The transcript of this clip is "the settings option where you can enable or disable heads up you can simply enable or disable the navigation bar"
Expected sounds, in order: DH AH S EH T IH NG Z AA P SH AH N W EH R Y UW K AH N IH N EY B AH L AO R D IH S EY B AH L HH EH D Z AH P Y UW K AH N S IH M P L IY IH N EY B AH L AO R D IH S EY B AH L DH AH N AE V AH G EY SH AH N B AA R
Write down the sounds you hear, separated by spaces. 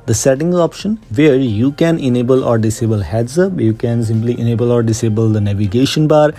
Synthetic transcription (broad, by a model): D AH S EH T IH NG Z AA P SH AH N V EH R Y UW K AH N IH N EY B AH L AO R D IH S EY B AH L HH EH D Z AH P Y UW K AH N S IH M P L IY IH N EY B AH L AO R D IH S EY B AH L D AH N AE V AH G EY SH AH N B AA R